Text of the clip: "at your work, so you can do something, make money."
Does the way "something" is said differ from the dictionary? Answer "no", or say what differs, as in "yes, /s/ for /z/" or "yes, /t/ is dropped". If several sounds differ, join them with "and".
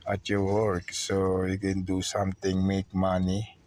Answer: yes, /t/ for /θ/